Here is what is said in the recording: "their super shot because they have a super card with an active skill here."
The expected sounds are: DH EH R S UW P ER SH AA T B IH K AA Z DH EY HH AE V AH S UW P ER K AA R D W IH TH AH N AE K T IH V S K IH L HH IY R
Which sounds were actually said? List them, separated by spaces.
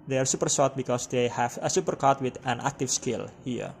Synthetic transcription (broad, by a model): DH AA R S UW P ER S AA T B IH K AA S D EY HH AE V AH S UW P ER K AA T W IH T AH N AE K T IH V S K IH L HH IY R